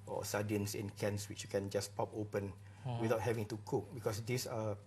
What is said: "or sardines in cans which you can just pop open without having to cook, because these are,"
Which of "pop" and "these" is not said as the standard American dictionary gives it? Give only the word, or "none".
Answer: these